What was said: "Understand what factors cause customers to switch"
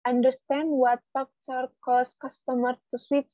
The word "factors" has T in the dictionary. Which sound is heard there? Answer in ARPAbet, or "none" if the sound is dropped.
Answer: S